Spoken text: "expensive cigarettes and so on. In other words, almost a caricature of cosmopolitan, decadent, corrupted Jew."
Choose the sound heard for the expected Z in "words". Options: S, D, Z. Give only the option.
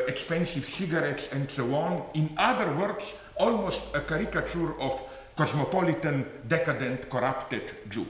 S